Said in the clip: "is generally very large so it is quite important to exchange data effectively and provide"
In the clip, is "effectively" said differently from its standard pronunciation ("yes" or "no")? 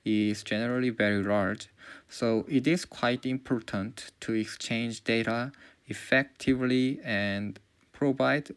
no